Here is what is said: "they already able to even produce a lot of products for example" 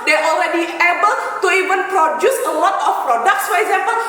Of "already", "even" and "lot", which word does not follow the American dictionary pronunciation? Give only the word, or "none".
none